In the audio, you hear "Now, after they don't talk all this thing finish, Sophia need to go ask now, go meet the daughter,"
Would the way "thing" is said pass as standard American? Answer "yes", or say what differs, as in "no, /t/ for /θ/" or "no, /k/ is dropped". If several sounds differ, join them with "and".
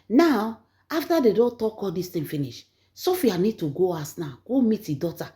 no, /t/ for /θ/